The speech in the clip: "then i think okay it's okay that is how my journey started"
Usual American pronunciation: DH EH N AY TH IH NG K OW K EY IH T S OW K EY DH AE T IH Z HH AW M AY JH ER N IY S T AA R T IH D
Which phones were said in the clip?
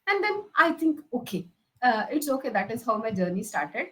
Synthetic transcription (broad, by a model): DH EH N AY T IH NG K OW K EY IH T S OW K EY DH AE T IH Z HH AW M AY JH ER N IY S T AA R T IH D